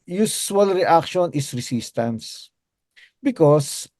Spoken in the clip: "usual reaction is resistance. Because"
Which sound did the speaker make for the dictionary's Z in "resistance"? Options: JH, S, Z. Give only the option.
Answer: S